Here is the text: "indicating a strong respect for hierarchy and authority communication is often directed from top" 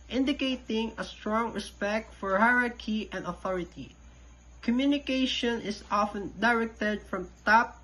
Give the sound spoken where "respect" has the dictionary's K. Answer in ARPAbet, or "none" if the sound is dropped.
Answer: K